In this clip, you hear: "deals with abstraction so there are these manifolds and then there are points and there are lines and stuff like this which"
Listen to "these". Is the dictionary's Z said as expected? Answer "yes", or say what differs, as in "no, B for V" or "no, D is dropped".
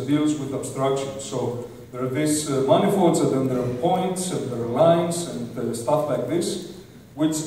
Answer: no, S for Z